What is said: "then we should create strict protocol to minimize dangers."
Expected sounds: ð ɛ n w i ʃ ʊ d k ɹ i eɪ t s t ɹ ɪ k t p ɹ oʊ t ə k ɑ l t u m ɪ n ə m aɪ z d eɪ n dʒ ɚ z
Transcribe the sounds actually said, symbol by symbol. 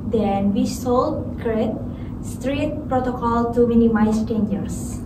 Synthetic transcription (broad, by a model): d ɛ n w i s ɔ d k ɹ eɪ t s t ɹ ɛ t p ɹ oʊ t ə k ɑ l t u m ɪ n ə m aɪ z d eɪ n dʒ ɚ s